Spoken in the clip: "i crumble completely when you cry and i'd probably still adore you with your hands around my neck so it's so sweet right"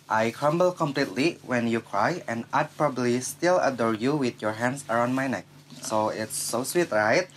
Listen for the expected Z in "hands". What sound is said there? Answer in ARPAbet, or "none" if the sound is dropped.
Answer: S